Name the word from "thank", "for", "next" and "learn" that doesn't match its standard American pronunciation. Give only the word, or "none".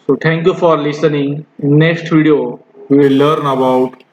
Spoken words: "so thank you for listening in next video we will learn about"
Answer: thank